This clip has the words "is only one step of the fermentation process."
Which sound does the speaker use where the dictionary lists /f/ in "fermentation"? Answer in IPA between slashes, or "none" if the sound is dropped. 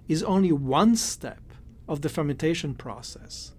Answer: /f/